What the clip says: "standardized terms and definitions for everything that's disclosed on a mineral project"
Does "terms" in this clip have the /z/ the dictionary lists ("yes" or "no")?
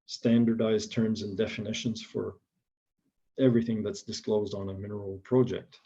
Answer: yes